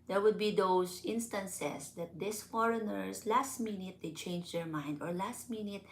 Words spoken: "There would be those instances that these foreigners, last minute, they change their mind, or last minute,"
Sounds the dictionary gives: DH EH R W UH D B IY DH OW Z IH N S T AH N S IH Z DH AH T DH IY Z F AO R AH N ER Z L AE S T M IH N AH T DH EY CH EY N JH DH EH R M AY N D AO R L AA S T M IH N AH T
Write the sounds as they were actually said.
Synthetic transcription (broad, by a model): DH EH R W UH D B IY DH OW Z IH N S T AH N S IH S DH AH T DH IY S F AO R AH N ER S L AE S T M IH N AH T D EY CH EY N JH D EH R M AY N D AO R L AA S T M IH N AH T